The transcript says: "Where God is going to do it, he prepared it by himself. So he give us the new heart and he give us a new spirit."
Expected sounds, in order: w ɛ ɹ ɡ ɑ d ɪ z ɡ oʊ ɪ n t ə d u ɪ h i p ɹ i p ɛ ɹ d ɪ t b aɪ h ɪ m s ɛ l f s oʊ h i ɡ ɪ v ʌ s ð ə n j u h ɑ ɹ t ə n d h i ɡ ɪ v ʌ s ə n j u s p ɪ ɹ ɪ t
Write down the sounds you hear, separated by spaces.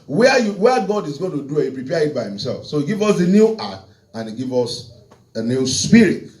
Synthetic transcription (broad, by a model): w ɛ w ɡ ɑ d ɪ z ɡ oʊ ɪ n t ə d u ɪ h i p ɹ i p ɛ ɪ t b aɪ h ɪ m s ɛ l f s oʊ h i ɡ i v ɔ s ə n j u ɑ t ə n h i ɡ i v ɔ s ə n j u s p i ɹ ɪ t